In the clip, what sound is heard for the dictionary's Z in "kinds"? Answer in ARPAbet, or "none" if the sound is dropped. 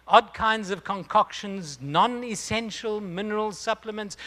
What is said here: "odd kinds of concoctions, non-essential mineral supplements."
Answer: Z